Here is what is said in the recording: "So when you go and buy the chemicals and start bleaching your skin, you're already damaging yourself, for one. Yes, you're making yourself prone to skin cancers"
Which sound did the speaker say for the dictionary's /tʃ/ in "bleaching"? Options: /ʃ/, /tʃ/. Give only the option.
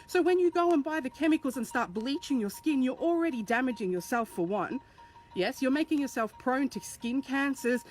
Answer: /tʃ/